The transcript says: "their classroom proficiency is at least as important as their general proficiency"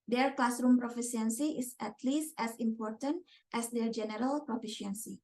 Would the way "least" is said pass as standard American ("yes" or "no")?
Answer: yes